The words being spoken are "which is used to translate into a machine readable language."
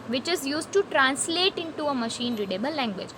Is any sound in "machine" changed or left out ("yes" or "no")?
no